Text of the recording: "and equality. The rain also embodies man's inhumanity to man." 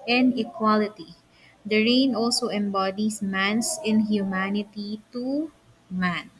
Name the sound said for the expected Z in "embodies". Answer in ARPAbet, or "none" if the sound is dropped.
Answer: S